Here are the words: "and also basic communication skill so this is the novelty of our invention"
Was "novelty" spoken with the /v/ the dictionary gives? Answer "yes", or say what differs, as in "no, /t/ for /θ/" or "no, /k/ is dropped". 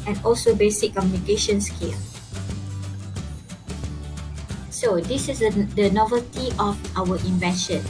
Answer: yes